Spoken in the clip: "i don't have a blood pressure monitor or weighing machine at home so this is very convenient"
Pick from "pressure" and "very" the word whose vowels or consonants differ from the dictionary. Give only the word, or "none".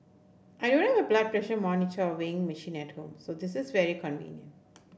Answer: none